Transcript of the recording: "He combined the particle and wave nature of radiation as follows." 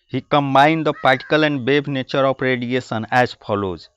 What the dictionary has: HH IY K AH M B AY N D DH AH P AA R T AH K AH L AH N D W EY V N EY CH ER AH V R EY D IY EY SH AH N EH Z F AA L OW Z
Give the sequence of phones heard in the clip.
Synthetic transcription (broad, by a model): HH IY K AH M B AY N D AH P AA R T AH K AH L AH N D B EY B N EY CH ER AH P R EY D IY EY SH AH N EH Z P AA L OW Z